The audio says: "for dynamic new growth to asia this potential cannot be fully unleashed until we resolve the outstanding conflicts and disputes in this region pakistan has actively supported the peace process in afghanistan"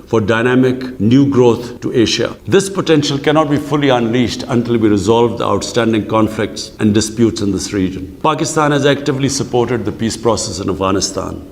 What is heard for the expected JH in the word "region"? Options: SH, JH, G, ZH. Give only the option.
JH